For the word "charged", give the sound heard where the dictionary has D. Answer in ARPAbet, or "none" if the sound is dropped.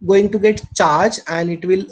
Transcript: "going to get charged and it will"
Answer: none